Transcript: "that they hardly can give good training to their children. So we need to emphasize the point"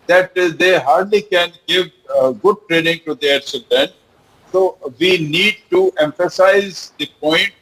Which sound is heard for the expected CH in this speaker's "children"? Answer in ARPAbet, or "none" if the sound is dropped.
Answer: S